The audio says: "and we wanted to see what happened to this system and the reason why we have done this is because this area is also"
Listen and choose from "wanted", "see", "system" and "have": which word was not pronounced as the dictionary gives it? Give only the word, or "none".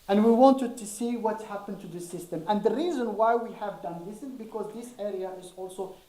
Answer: none